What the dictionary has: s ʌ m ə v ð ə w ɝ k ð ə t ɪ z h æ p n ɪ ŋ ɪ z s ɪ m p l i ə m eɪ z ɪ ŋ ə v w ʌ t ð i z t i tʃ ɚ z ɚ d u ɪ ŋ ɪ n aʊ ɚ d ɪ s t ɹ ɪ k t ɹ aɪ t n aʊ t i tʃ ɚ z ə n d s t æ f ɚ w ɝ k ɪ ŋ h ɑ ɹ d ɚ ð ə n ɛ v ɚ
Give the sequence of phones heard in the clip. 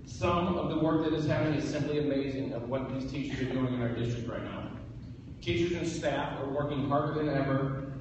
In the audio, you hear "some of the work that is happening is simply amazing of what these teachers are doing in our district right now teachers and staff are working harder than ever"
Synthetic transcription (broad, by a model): s ʌ m ə v ð ə w ɝ k ð ə t ɪ z h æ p ɪ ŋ ɪ z s ɪ m p l i ə m eɪ z ɪ ŋ ə v w ʌ t ð i z t i tʃ ɚ z ɚ d u ɪ ŋ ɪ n aʊ ɚ d ɪ s t ɹ ɪ k t ɹ aɪ t n aʊ t i tʃ ɚ z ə n s t æ f ɚ w ɝ k ɪ ŋ h ɑ ɹ d ɚ ð ə n ɛ v ɚ